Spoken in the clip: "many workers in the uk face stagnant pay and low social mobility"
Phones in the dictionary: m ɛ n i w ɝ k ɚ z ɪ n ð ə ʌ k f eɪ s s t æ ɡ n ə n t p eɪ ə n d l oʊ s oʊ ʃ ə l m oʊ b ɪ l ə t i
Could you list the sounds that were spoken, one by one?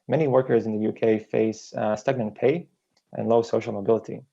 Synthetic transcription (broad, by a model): m ɛ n i w ɝ k ɚ z ɪ n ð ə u k f eɪ s s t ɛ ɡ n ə n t p eɪ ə n l oʊ s oʊ ʃ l m oʊ b ɪ l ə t i